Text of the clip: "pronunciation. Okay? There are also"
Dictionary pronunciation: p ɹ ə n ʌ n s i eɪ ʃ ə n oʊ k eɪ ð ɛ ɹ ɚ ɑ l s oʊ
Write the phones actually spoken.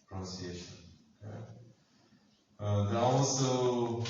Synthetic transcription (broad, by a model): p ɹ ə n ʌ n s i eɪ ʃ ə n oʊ ʌ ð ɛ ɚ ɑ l s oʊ